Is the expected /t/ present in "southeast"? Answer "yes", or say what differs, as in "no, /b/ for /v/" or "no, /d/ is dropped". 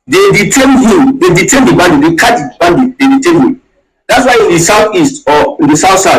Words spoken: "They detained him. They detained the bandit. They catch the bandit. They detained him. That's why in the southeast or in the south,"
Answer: yes